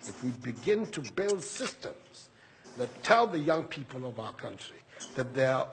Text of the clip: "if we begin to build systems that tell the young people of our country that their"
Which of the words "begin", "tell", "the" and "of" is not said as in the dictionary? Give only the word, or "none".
none